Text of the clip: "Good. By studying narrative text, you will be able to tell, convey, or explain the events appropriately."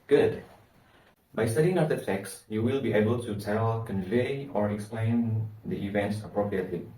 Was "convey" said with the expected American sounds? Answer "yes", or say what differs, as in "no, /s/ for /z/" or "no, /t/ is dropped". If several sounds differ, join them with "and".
yes